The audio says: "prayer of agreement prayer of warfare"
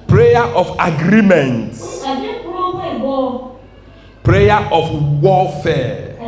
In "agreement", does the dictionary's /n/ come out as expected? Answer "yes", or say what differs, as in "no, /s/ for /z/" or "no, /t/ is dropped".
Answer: yes